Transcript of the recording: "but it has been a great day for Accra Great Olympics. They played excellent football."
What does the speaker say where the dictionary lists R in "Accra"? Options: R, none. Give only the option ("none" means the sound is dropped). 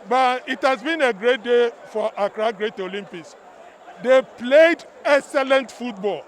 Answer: R